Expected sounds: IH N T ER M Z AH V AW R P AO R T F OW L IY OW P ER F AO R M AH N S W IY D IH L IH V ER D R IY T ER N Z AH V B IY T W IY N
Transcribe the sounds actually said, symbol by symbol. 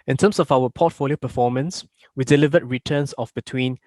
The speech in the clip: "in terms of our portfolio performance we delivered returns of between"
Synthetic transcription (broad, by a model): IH N T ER M S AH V AW W P AO T F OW L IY OW P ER F AO M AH N S W IY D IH L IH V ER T R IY T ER N S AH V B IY T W IY N